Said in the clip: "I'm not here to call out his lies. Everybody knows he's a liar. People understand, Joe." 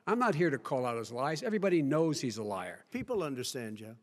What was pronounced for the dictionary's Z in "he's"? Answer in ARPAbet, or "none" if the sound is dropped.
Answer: Z